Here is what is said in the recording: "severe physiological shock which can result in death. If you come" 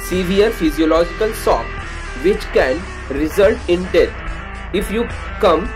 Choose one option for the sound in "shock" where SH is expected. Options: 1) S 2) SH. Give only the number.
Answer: 1